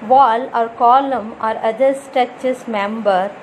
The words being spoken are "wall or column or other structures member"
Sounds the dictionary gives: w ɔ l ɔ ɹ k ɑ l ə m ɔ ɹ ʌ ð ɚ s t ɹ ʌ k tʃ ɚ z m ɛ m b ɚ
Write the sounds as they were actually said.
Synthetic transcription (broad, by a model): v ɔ l ɔ ɹ k ɑ l ə m ɔ ɹ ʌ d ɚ s t ʌ tʃ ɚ s m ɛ m b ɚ